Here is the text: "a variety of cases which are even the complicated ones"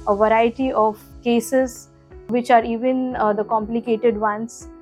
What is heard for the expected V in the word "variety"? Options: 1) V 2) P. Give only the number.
1